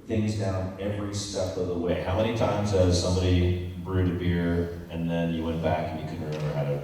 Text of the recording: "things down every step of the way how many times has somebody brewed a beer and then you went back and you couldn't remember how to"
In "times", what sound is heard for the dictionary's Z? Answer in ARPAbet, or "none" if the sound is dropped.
Z